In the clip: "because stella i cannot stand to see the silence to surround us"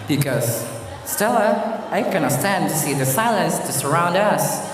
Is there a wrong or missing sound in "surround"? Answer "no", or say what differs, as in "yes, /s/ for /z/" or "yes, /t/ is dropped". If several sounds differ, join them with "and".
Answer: no